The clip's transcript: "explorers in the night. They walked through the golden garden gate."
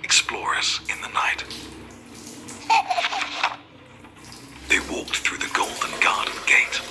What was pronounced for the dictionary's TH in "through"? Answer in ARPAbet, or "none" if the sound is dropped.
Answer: TH